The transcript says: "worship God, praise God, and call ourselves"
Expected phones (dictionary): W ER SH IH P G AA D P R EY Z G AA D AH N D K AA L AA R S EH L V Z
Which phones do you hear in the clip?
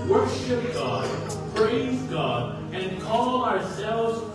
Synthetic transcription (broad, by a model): W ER SH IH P G AA D P R EY Z G AA D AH N K AA L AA R S EH L V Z